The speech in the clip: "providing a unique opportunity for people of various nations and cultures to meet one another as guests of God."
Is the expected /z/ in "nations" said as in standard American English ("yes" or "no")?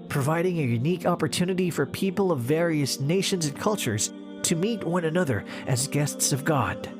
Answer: yes